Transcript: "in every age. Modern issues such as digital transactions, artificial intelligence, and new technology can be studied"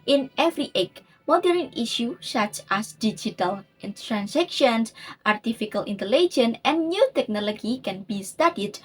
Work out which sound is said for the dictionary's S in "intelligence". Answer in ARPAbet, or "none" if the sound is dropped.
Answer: none